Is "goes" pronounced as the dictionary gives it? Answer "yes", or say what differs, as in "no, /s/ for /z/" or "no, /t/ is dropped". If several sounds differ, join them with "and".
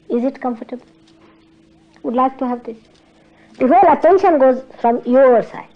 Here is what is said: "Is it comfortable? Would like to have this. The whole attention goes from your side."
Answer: yes